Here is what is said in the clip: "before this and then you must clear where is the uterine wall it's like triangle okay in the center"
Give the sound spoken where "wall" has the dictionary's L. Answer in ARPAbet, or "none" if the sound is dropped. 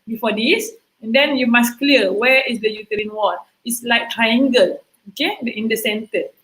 N